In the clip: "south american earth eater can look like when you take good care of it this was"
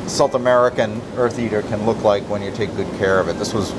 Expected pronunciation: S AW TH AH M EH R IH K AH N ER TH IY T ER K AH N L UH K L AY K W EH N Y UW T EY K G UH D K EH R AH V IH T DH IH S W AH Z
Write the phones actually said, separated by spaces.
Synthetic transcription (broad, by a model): S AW TH AH M EH R IH K AH N ER TH IY T ER K AH N L UH K L AY K W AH N Y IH T EY K G UH D K EH R AH V IH T DH IH S W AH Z